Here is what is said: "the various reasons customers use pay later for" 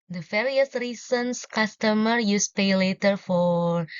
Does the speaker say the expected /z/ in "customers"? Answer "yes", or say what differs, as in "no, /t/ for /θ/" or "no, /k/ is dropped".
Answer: no, /z/ is dropped